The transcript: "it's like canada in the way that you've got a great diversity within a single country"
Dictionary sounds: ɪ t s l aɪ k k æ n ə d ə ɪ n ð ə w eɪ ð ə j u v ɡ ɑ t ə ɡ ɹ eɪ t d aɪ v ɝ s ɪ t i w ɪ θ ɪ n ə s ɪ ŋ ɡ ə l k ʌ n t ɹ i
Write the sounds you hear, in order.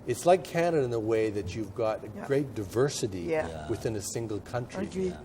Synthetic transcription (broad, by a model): ɪ t s l aɪ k k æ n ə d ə ɪ n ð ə w eɪ ð ə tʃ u v ɡ ɑ t ə ɡ ɹ eɪ t d aɪ v ɝ s ɪ t i w ɪ θ ɪ n ə s ɪ ŋ ɡ l k ʌ n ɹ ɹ i